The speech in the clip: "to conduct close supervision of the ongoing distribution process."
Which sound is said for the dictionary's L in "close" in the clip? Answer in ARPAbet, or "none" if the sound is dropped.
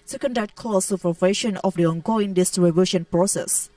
none